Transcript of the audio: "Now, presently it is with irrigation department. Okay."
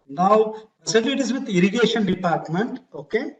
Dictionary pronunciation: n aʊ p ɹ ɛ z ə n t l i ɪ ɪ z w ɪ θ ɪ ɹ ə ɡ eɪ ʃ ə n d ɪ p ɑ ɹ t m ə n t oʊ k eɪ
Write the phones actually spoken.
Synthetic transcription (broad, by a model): n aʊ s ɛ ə t i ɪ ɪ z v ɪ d ɪ ɹ ə ɡ eɪ ʃ ə n d ɪ p ɑ ɹ t m ə n t oʊ k eɪ